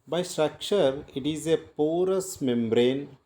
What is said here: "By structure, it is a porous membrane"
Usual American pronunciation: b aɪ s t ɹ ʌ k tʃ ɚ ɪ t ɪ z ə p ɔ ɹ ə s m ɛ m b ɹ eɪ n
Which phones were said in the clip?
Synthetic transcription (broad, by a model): b aɪ s t ɹ ʌ k tʃ ɚ ɪ t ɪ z ə p ɔ ɹ ə s m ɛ m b ɹ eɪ n